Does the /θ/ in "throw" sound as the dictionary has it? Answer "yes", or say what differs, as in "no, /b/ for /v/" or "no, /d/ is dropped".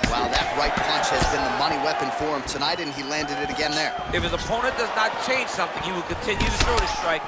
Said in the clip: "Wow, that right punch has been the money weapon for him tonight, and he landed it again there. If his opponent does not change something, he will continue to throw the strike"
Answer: no, /s/ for /θ/